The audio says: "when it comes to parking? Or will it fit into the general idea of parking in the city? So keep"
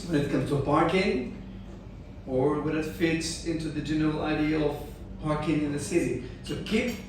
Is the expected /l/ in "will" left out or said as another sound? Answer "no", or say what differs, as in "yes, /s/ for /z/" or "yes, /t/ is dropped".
yes, /n/ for /l/